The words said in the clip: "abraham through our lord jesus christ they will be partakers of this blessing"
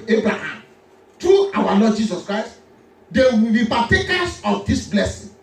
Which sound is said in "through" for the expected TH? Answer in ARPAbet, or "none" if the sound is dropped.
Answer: T